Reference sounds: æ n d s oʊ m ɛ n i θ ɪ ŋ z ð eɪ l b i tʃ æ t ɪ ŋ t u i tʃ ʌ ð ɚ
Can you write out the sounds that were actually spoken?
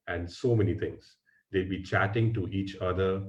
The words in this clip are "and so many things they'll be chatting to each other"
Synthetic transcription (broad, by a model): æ n d s oʊ m ɛ n i t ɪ ŋ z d eɪ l b i tʃ æ t ɪ ŋ t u i tʃ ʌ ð ɚ